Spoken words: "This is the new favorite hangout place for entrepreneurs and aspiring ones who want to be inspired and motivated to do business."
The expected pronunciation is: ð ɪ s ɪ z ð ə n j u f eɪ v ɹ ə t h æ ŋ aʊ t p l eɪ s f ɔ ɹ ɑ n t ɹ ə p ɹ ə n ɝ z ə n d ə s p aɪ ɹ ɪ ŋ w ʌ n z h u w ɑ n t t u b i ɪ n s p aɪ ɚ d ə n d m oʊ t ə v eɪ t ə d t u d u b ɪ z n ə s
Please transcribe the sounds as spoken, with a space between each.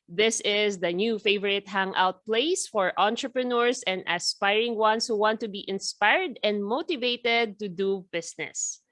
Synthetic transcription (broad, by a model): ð ɪ s ɪ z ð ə n j u f eɪ v ɹ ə t h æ ŋ aʊ t p l eɪ s f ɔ ɹ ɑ n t ɹ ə p ɹ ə n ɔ s ə n d ə s p aɪ ɹ ɪ ŋ w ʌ n s h u w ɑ n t t u b i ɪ n s p aɪ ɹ d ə n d m oʊ t ə v eɪ t ə d t u d u b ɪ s n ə s